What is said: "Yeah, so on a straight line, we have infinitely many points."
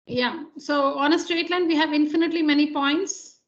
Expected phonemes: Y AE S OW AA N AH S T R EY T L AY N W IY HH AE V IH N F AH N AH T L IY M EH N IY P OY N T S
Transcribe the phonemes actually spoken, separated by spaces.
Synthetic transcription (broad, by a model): Y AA S OW AA N AH S T R EY T L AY N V IY HH AE V IH N F AH N AH T L IY M EH N IY P OY N T S